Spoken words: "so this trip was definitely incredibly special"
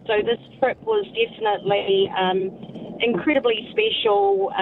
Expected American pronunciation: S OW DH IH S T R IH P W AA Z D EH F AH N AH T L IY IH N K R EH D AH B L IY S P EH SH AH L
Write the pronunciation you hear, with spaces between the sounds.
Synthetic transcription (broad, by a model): S OW DH IH S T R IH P W AA Z D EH F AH N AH T L IY IH N K R EH D AH B L IY S P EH SH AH L